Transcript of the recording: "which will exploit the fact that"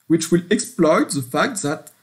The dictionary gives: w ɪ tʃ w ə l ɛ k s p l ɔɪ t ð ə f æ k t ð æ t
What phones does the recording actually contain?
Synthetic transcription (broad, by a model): w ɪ tʃ w ə l ɛ k s p l ɔɪ t ð ə f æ k t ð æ t